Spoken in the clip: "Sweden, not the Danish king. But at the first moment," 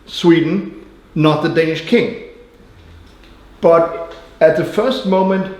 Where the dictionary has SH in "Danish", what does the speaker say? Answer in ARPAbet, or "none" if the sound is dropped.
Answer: SH